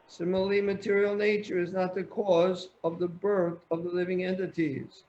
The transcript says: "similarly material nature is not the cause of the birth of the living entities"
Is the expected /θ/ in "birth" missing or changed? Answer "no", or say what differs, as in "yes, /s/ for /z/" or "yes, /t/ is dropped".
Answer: no